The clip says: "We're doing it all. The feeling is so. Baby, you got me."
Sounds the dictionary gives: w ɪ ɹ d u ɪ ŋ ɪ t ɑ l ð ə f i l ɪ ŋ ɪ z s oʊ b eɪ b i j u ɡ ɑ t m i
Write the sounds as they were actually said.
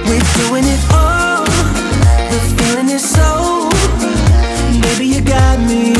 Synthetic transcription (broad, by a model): w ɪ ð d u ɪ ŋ ɪ t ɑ w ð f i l ɪ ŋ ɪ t s oʊ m eɪ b i j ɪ ɡ ɑ t m i